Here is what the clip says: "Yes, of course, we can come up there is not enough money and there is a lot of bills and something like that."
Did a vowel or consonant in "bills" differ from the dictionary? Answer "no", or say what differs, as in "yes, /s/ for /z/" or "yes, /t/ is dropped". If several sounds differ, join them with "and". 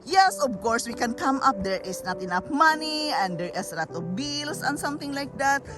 yes, /s/ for /z/